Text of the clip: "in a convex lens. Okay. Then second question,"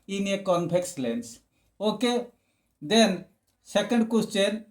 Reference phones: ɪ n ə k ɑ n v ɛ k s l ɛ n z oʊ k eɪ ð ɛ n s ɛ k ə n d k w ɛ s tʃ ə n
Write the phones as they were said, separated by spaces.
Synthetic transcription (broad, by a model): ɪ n ə k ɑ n p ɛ k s l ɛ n s oʊ k eɪ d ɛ n s ɛ k ə n d k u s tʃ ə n